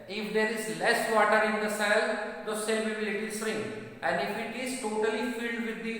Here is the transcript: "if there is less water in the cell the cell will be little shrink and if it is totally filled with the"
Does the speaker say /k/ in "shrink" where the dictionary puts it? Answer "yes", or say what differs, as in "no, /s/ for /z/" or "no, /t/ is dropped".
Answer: no, /k/ is dropped